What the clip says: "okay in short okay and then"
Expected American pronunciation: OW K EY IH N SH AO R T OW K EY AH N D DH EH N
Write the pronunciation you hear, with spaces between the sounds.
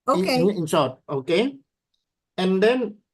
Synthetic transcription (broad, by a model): OW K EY IH N S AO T OW K EY AH N D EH N